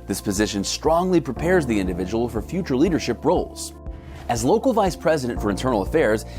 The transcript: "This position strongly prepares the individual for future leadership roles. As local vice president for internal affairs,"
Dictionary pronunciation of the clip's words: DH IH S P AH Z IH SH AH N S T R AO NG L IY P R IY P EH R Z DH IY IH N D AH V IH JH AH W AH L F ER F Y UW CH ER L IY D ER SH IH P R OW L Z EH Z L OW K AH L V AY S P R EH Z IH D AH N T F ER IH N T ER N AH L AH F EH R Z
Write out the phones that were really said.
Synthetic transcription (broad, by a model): DH IH S P AH Z IH SH AH N S T R AO NG L IY P R IY P EH R Z DH IY IH N D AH V IH JH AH W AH L F ER F Y UW CH ER L IY D ER SH IH P R OW L Z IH Z L OW K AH L V AY S P R EH Z IH D AH N T F ER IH N T ER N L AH F EH R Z